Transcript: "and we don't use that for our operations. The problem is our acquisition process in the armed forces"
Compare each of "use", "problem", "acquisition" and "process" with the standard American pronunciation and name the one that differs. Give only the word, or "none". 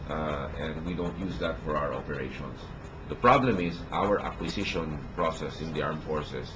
acquisition